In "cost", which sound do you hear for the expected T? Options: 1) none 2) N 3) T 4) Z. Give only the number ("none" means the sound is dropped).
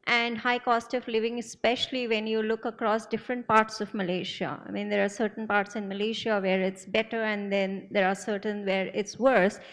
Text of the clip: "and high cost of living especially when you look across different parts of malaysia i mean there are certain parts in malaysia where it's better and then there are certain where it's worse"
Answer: 3